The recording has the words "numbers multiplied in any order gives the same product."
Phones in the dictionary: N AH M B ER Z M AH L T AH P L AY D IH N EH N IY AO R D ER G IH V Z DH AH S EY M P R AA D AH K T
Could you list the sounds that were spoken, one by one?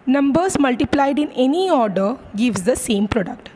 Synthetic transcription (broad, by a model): N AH M B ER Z M AH L T AH P L AY D IH N EH N IY AO R D ER G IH V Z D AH S EY M P R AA D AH K T